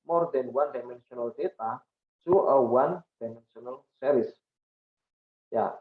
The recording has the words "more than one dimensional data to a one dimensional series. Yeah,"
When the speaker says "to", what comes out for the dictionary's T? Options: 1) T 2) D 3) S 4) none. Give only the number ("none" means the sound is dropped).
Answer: 3